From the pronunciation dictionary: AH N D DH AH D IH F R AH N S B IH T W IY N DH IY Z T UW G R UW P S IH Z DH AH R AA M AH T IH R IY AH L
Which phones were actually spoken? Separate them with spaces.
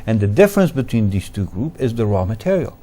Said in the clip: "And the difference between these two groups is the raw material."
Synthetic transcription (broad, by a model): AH N DH AH D IH F R AH N S B IH T W IY N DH IY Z T UW G R UW P IH Z DH AH R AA M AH T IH R IY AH L